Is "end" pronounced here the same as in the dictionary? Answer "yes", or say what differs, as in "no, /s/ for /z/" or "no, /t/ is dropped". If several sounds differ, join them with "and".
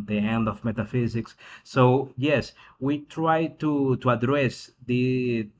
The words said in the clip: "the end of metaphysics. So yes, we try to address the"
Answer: yes